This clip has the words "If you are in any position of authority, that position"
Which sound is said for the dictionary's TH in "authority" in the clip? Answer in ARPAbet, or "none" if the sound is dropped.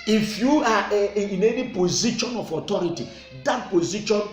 T